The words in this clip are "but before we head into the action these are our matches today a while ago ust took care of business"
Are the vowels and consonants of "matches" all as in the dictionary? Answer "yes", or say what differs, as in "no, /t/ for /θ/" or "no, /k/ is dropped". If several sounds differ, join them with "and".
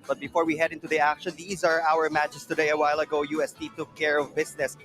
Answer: no, /s/ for /z/